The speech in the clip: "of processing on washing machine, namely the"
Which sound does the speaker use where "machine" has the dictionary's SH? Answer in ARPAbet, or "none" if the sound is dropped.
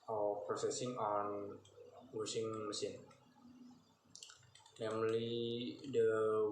S